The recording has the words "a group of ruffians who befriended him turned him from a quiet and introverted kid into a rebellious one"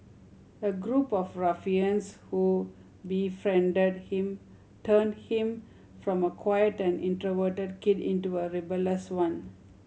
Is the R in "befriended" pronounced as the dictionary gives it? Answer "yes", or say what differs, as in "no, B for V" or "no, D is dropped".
yes